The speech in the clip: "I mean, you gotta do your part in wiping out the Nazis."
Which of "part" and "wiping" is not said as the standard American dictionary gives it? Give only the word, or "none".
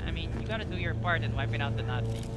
none